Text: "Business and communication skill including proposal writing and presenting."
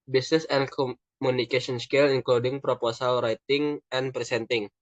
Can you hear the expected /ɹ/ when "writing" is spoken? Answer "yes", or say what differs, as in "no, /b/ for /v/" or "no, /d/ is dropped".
yes